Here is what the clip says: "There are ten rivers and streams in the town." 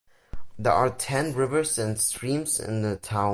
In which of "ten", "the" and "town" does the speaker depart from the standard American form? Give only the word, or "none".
town